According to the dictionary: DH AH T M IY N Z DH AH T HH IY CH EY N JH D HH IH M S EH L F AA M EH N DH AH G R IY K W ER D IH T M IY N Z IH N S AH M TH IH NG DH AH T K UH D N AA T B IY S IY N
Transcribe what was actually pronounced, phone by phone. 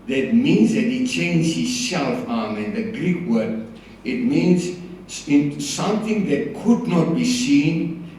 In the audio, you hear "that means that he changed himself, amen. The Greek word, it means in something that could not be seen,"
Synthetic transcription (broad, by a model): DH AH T M IY N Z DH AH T HH IY CH EY N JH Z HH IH S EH L F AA M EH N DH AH G R IY K W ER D IH T M IY N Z IH N S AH M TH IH NG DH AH T K UH D N AA T B IY S IY N